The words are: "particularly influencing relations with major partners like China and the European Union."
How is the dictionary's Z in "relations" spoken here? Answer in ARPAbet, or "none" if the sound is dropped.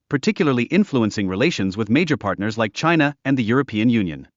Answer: Z